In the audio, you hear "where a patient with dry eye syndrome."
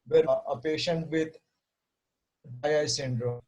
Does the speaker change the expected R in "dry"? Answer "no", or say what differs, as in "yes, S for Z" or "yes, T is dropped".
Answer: yes, R is dropped